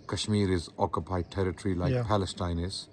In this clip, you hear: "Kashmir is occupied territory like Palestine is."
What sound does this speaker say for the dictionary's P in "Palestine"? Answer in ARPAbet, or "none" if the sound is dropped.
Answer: P